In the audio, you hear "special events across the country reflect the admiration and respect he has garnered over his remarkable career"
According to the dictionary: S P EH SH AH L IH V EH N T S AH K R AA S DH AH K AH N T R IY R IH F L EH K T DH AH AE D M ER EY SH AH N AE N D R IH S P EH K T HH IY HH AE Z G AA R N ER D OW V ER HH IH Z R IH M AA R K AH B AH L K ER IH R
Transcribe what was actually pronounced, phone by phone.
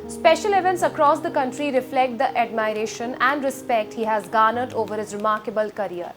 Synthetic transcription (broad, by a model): S P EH SH AH L IH V EH N T S AH K R AA S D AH K AH N T R IY R IH F L EH K T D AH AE D M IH EY SH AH N AE N D R IH S P EH K T HH IY HH AE Z G AA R N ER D OW V ER HH IH Z R IH M AA R K AH B AH L K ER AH R